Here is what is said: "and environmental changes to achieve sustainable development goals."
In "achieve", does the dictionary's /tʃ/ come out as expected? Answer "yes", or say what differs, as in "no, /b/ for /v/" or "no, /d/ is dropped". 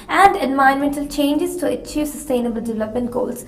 yes